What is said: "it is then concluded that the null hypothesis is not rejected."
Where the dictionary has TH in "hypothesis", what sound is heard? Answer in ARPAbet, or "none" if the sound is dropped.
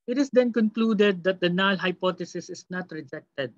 T